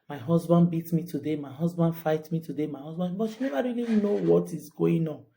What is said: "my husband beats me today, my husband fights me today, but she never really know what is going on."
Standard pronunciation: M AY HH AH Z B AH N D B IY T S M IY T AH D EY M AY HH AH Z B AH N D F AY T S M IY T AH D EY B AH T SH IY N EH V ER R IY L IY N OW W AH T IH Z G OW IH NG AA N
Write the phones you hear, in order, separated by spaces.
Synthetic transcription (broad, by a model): M AY HH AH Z B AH N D B IY T M IY T AH D EY M AY HH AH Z B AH N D F AY T M IY T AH D EY B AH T SH IY N EH V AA R IY L IY N OW W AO T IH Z G OW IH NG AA N